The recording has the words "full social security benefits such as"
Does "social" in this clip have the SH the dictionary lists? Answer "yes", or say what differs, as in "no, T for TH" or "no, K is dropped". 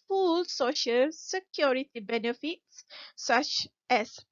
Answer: yes